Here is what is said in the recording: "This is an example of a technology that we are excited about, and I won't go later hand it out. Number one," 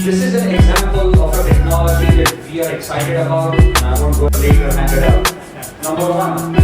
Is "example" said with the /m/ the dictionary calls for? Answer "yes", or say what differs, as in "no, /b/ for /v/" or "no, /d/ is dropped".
yes